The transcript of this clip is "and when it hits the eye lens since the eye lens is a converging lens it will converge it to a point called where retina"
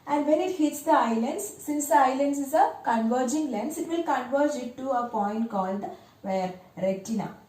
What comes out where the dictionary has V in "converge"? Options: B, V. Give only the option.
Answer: V